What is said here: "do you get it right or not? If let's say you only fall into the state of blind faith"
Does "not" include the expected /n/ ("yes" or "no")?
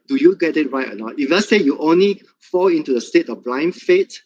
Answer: no